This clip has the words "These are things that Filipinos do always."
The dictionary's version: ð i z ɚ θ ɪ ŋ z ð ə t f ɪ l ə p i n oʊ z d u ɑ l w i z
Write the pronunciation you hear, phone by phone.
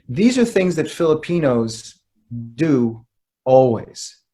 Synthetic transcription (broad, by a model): ð i z ɚ θ ɪ ŋ z ð ə t f ɪ l ə p i n oʊ z d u ɑ l w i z